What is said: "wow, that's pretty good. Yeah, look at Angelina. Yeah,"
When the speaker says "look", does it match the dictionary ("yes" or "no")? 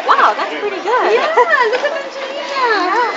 no